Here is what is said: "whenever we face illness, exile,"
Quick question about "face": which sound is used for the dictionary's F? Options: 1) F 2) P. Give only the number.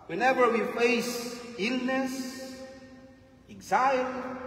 1